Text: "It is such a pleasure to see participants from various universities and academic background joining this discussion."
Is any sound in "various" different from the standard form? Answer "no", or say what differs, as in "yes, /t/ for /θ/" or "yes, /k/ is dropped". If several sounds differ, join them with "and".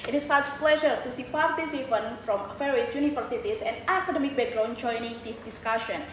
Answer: yes, /f/ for /v/